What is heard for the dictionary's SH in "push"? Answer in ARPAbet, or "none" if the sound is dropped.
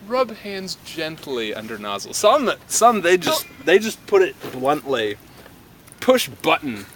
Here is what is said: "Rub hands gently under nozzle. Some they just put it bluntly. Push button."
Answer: SH